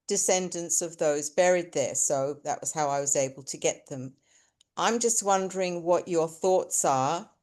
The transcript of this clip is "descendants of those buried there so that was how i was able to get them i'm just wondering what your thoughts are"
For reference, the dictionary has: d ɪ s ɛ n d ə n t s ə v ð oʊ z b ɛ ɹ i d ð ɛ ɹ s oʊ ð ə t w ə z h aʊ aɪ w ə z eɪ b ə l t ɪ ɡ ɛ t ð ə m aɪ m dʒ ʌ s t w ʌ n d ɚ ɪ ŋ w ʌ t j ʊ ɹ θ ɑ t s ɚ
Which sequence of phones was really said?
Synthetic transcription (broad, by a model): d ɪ s ɛ n d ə n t s ə v ð oʊ z b ɛ ɹ i d ð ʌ ɹ s oʊ ð ə t w ə z h aʊ aɪ w ə z eɪ b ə l t ɪ ɡ ɛ t ð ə m aɪ m dʒ ʌ s t w ʌ n d ɚ ɪ ŋ w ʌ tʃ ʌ ɹ θ ɑ t s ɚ